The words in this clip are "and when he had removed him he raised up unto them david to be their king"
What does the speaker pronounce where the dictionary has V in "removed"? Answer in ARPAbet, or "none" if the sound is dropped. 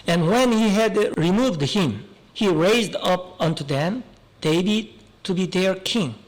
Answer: V